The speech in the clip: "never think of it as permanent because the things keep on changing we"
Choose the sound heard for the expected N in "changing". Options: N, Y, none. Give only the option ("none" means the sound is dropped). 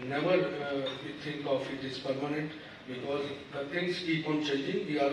none